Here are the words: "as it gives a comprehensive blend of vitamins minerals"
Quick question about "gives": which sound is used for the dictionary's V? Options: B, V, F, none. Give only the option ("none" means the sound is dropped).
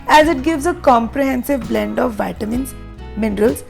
V